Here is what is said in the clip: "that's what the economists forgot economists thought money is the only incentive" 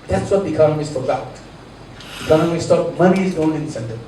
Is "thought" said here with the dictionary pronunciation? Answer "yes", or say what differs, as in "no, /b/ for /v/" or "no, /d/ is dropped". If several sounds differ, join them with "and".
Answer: no, /t/ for /θ/